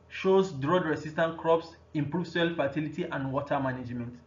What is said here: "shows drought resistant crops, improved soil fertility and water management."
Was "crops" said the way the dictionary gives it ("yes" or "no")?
yes